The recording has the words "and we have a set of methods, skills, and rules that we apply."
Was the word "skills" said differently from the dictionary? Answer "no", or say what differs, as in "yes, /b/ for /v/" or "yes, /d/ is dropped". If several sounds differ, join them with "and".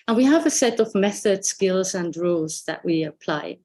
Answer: no